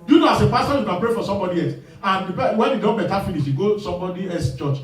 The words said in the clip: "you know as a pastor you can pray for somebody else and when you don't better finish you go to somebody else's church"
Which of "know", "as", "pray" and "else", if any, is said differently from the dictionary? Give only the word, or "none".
as